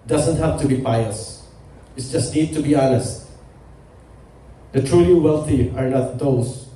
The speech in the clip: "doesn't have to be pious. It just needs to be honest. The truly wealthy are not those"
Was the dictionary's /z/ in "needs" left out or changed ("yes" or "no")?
yes